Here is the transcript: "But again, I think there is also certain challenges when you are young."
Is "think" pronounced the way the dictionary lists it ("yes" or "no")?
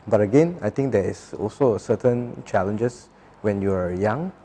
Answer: no